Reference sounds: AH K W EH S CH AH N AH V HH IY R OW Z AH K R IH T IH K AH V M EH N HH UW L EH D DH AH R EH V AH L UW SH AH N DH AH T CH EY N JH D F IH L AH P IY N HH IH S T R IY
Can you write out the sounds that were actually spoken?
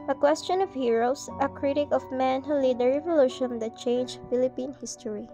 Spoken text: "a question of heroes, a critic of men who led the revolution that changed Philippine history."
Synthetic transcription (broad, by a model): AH K W EH S CH AH N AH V HH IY R OW S AH K R IH T IH K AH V M EH N HH UW L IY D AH R EH V AH L UW SH AH N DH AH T CH EY N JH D F IH L AH P IY N HH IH S T R IY